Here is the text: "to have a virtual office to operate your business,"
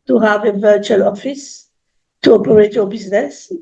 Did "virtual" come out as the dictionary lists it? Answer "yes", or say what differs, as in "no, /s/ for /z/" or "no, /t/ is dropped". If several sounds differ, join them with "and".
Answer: yes